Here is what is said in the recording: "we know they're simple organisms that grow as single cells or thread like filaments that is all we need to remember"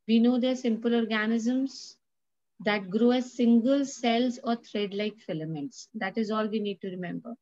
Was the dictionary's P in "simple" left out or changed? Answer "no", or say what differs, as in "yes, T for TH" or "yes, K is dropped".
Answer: no